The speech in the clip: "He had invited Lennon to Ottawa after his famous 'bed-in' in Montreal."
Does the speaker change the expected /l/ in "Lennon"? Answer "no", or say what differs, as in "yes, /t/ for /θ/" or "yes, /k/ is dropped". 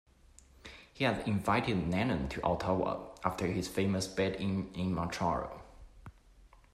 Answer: yes, /n/ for /l/